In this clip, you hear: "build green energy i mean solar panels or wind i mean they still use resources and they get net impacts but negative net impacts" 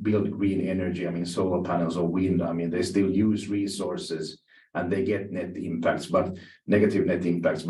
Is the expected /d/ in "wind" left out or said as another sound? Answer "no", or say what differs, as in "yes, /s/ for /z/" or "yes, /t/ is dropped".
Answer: no